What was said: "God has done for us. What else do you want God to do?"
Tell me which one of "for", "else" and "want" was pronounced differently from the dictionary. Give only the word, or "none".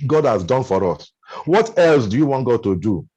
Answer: none